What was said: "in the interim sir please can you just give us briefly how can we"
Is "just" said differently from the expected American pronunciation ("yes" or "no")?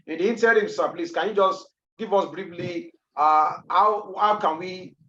no